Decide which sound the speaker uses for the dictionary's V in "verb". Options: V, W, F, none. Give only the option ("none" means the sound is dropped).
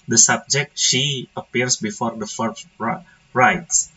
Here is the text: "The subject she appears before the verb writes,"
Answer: F